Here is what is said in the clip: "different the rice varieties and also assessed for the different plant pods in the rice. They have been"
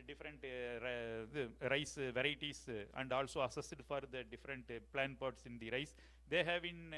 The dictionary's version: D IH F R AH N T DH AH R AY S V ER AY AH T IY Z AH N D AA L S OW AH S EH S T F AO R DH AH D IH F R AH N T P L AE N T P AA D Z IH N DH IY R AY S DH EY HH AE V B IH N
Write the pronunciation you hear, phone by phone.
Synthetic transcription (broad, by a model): D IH F R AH N T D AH R AY S V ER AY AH T IY S AH N D AA L S OW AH S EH S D F AO R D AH D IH F R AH N T P L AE N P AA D S IH N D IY R AY S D EY HH AE V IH N